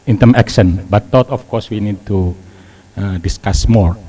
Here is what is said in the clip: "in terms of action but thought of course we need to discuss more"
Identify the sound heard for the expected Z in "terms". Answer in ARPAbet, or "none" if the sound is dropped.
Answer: none